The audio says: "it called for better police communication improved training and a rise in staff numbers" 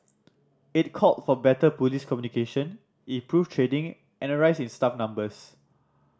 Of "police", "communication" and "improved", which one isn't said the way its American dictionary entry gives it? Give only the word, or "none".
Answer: improved